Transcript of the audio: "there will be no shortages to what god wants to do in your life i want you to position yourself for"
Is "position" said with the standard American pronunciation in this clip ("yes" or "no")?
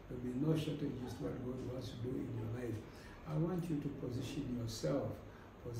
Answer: yes